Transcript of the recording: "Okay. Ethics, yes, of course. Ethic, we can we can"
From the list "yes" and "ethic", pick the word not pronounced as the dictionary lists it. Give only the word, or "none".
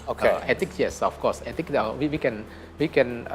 ethic